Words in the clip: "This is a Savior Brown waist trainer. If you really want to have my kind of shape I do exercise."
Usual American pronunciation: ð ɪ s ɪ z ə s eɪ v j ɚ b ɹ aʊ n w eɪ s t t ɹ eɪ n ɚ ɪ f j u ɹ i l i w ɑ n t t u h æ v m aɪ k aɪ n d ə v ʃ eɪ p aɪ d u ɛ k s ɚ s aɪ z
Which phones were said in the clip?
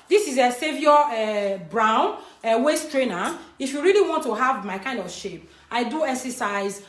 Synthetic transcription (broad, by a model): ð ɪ s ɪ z ə s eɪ v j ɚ b ɹ aʊ n w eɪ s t t ɹ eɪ n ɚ ɪ f j u ɹ i l i w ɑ n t t u h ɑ v m aɪ k aɪ n d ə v ʃ eɪ p aɪ d u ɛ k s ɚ s aɪ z